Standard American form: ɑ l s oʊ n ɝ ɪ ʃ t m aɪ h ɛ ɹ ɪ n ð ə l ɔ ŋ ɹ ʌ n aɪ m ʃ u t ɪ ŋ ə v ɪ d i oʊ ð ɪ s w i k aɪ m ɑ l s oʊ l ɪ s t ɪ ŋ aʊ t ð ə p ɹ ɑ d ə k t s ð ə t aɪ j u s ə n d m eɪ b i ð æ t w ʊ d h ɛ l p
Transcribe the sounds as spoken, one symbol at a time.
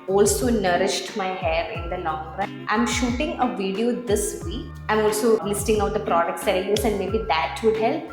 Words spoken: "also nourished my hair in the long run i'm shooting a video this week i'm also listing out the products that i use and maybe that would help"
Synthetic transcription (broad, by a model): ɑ l s oʊ n ɝ ɪ ʃ t m aɪ h ɛ ɹ ɪ n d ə l ɔ ŋ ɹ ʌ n aɪ m ʃ u t ɪ ŋ ə v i d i oʊ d ɪ s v i k aɪ m ɑ l s oʊ l ɪ s t ɪ ŋ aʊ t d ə p ɹ ɑ d ə k t s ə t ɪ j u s ə n d m eɪ b i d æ t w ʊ d h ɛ l p